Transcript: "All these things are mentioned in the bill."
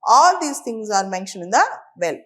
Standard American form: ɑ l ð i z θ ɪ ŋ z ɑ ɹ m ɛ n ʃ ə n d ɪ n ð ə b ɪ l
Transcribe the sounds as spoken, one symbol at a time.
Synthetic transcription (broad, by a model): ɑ l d i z t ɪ ŋ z ɑ ɹ m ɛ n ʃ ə n ɪ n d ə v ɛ l